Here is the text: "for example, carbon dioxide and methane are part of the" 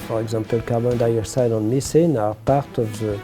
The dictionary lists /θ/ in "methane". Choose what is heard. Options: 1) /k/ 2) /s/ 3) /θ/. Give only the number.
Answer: 2